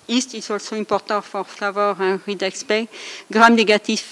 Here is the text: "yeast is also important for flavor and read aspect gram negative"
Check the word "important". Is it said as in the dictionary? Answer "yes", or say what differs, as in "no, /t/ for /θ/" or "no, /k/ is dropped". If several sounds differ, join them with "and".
no, /n/ is dropped